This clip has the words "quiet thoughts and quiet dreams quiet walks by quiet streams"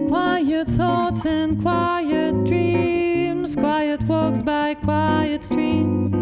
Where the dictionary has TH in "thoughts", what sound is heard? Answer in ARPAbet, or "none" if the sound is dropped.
TH